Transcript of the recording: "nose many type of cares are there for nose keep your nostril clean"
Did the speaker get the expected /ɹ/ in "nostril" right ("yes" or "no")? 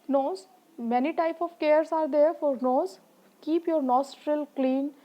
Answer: yes